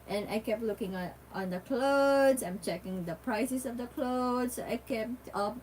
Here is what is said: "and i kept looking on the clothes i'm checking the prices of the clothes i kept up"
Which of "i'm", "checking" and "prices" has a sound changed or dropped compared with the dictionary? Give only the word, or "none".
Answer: prices